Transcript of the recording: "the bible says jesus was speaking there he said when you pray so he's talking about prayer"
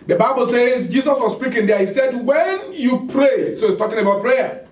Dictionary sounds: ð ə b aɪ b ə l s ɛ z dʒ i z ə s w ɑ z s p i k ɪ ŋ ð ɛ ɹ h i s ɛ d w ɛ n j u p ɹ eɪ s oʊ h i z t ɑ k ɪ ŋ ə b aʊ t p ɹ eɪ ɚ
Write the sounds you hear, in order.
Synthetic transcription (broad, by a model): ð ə b aɪ b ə l s ɛ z dʒ i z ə s w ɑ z s p i k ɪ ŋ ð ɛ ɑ h i s ɛ d w ɛ n j u p ɹ eɪ s oʊ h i s t ɑ k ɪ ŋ ə b aʊ t p ɹ eɪ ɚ